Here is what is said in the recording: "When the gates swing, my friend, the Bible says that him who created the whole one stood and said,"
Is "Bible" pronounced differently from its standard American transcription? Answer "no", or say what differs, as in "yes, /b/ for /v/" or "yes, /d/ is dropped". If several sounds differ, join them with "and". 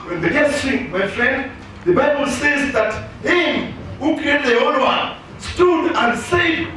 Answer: no